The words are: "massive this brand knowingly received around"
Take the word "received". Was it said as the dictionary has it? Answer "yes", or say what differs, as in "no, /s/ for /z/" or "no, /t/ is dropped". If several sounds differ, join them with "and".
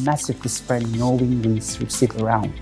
no, /w/ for /ɹ/ and /v/ is dropped